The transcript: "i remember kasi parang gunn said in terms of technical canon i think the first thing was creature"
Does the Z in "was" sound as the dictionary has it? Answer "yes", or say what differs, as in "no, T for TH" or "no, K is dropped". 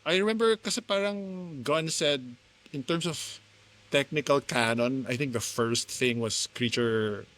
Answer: no, S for Z